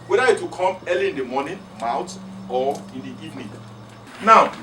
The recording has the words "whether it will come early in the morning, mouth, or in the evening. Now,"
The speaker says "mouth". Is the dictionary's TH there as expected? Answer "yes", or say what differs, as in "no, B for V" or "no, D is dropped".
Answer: no, T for TH